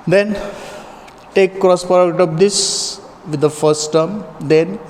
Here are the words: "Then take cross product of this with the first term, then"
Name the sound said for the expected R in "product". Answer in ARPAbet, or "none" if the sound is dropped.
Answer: none